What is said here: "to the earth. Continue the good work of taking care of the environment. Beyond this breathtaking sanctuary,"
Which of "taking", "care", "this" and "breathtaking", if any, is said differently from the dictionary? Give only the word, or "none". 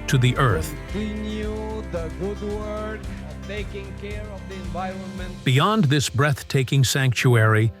none